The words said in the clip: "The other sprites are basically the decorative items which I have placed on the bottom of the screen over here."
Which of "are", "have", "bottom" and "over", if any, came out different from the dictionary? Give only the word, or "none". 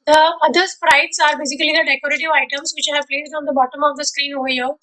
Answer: over